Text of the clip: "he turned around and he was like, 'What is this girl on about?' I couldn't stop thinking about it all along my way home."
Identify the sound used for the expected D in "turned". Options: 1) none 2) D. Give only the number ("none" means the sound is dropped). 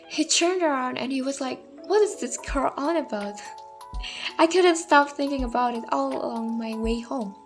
2